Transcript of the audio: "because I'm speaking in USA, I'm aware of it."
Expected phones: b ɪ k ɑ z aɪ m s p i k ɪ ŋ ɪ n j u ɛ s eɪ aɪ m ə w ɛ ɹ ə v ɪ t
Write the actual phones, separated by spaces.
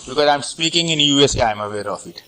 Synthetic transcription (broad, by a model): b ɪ k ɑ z aɪ m s p i k ɪ ŋ ɪ n j u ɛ s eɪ aɪ m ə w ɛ ɹ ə f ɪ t